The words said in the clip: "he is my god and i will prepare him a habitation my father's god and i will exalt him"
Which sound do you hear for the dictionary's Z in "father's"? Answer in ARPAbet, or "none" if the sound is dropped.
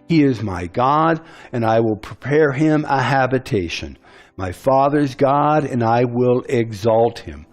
Z